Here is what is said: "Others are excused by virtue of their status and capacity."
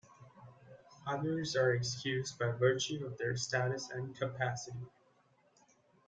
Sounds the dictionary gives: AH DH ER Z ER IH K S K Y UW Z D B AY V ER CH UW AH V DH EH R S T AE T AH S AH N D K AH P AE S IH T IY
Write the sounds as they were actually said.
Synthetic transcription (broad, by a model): AH DH ER Z ER IH K S K Y UW Z D B AY V ER CH UW AH V DH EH R S T AE T AH S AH N K AH P AE S IH T IY